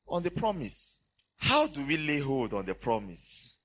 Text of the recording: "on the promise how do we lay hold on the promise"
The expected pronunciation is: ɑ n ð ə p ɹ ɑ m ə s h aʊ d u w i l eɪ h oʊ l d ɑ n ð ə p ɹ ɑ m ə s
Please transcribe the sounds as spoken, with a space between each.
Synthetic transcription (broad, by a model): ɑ n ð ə p ɹ ɑ m ə s h aʊ d u w i l eɪ h oʊ l d ɑ n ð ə p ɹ ɑ m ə s